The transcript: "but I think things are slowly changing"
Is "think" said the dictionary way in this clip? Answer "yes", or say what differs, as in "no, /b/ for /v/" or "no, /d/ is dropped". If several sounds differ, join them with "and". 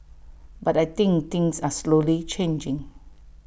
no, /t/ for /θ/